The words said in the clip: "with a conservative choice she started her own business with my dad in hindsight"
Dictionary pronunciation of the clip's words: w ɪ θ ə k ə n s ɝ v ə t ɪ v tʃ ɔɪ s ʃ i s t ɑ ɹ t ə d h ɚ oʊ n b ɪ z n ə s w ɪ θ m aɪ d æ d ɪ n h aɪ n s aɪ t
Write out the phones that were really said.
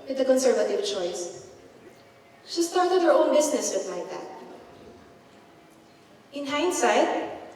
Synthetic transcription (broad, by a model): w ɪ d ə k ə n s ɝ v ə t ɪ v tʃ ɔɪ s ʃ i s t ɑ ɹ t ə d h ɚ oʊ n b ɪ s n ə s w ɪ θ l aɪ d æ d ɪ n h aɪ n s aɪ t